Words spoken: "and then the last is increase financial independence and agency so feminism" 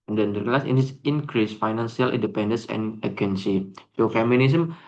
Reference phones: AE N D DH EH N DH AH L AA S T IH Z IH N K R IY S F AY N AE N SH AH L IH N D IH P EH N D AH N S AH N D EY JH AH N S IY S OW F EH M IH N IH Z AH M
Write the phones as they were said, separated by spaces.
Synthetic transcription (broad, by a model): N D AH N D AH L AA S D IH S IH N K R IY S F AY N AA N S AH L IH N D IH P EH N D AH N S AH N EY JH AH N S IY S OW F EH M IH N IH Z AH M